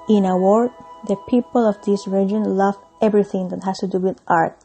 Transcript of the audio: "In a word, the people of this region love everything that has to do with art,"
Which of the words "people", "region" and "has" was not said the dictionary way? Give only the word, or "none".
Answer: has